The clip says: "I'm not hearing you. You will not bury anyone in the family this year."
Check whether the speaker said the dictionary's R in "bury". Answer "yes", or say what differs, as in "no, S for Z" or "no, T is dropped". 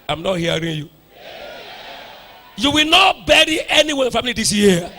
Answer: yes